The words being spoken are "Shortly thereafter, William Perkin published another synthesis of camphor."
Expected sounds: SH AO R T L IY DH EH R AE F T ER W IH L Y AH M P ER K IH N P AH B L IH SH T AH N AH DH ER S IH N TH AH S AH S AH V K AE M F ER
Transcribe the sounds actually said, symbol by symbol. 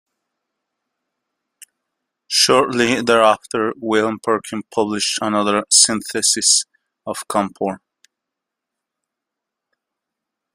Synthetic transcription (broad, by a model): SH AO R T L IY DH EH R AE F T ER W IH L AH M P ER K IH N P AH B L IH SH T AH N AH DH ER S IH N TH AH S AH S AH V K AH M P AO